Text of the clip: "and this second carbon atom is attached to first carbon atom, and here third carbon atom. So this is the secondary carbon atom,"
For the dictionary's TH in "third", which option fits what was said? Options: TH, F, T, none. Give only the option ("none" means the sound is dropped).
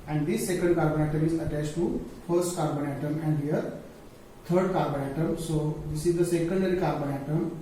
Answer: T